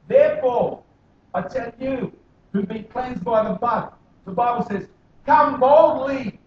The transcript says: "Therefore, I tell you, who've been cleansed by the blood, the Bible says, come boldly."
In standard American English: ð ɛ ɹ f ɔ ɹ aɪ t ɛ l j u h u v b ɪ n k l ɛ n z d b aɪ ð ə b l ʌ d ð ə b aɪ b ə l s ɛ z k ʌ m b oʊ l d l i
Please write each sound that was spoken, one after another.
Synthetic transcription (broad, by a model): ð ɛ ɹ f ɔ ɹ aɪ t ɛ n j u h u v b ɪ n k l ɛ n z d b aɪ ð ə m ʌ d ð ə b aɪ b l s ɛ z k ʌ m b oʊ l d l i